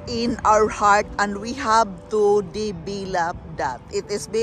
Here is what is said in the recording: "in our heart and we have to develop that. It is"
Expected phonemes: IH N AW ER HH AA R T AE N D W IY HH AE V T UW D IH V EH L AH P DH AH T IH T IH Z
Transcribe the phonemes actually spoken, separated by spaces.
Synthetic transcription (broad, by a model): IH N AW ER HH AA R T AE N D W IY HH AE V T UW D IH B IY L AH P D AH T IH T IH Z